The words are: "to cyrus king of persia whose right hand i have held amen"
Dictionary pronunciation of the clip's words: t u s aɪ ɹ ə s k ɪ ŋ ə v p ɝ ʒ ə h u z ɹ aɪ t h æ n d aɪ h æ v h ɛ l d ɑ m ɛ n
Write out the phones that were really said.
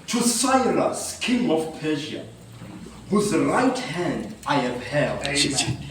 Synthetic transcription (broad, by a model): t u s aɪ l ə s k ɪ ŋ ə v p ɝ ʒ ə h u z ɹ aɪ t h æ n d aɪ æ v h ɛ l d